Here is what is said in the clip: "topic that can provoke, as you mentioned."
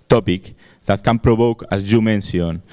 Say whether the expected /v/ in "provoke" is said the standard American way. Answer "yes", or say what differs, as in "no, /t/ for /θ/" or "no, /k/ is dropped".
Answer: no, /b/ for /v/